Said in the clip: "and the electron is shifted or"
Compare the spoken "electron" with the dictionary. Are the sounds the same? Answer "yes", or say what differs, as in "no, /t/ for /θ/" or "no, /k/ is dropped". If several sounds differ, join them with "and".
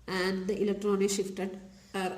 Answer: yes